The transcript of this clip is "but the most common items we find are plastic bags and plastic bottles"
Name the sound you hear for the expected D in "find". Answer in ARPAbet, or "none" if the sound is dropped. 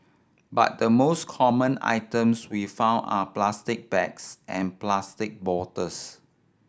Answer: none